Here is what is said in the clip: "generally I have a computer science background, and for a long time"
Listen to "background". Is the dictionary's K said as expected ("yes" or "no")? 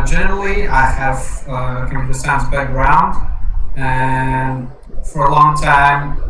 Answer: no